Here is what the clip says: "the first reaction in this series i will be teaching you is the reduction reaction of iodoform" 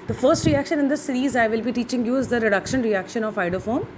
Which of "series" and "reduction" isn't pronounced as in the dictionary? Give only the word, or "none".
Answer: none